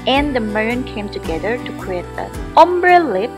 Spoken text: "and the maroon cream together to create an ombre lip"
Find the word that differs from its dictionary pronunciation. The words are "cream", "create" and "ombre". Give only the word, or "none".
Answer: cream